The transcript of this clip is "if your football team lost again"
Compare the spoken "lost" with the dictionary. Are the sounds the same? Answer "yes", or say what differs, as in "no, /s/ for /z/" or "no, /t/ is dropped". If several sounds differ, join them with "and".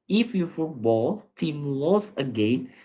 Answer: no, /t/ is dropped